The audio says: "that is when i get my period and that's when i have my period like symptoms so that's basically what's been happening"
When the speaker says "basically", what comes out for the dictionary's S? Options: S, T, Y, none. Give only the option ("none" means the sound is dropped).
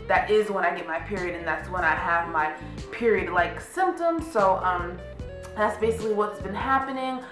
S